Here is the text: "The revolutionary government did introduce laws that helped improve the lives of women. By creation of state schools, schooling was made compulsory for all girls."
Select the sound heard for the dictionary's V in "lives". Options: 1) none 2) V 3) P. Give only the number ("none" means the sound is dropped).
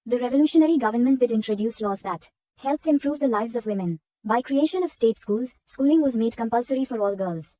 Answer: 2